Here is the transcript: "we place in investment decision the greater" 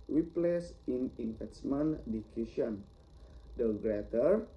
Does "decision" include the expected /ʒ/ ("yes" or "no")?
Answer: no